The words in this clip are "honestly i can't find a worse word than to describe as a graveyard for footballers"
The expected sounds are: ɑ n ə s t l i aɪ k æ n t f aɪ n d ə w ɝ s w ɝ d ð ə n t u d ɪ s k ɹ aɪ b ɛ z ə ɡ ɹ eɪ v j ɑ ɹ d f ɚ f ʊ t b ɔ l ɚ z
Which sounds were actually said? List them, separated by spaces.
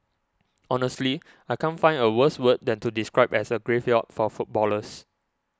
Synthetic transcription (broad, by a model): ɑ n ə s t l i aɪ k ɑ n f aɪ n ə w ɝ s w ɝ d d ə n t u d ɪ s k ɹ aɪ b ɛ s ə ɡ ɹ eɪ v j ɑ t f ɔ f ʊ t b ɔ l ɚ s